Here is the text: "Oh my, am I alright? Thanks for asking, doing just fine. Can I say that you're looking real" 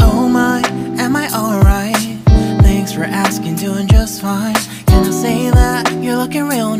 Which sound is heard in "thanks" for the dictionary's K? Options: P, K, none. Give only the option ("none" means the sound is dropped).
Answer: K